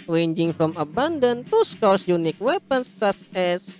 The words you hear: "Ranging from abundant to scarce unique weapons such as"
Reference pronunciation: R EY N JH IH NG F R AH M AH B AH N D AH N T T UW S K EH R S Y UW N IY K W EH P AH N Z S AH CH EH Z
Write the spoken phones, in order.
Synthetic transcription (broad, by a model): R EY N JH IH NG F R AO M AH B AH N D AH N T T UW S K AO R S Y UW N IY K W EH P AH N S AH S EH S